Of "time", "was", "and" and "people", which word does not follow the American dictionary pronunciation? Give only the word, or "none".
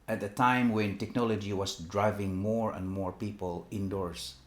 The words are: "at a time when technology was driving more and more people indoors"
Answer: was